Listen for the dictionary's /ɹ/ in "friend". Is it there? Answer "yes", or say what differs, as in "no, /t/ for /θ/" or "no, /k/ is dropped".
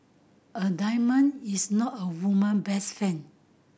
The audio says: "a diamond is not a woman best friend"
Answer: no, /ɹ/ is dropped